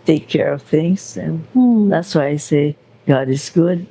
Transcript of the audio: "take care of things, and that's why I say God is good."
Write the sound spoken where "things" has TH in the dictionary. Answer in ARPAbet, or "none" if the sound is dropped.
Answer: TH